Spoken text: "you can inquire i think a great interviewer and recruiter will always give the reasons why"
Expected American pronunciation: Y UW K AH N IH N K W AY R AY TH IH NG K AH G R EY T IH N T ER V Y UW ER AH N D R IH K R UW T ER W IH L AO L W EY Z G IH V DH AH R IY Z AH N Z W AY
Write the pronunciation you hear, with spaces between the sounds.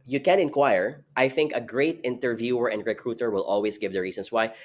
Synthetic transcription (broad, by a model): Y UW K AH N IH N K W AY R AY TH IH NG K AH G R EY T IH N T ER V Y UW ER AH N D R IH K R UW T ER W IH L AO L W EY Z G IH V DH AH R IY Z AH N S W AY